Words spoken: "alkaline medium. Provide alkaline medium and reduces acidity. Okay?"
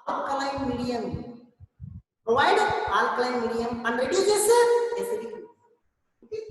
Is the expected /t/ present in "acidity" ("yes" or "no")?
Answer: no